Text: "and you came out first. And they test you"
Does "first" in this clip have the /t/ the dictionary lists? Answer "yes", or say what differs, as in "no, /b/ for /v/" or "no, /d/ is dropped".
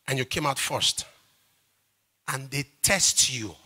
yes